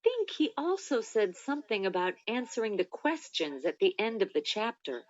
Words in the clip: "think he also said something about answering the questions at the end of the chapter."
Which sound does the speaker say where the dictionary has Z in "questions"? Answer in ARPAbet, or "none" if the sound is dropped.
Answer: Z